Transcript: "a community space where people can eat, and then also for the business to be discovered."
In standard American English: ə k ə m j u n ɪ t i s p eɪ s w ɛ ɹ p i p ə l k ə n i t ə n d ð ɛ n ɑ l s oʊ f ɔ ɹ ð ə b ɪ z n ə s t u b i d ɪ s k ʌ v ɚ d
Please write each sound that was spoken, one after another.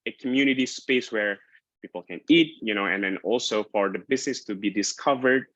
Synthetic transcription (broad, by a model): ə k ə m j u n ɪ t i s p eɪ s w ɛ ɹ p i p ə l k ə n i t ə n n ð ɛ n ɑ l s oʊ f ɔ ɹ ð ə b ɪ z n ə s t u b i d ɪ s k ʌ v ɚ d